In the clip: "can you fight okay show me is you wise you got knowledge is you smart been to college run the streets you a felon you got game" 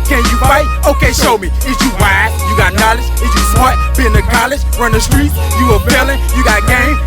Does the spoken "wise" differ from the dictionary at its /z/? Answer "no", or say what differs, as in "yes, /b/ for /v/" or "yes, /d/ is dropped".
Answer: yes, /z/ is dropped